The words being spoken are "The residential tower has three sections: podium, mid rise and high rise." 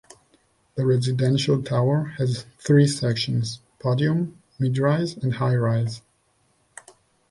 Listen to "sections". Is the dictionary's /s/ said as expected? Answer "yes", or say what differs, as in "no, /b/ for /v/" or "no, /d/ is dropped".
yes